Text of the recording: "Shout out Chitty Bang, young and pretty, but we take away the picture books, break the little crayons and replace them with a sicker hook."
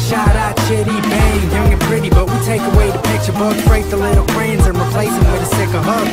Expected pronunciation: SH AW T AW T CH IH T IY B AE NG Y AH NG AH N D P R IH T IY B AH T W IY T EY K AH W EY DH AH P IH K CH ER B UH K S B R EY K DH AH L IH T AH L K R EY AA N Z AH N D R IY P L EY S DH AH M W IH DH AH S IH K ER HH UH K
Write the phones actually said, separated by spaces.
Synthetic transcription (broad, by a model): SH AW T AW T CH IH T IY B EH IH Y AH NG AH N P R IH T IY B AH T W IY T EY K AH W EY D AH P IH K CH ER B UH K B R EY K DH AH L IH T L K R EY N Z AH N R IY P L EY S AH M W IH DH AH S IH K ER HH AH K